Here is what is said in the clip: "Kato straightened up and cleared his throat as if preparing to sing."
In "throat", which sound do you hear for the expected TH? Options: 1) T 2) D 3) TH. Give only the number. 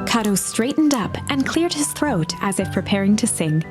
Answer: 3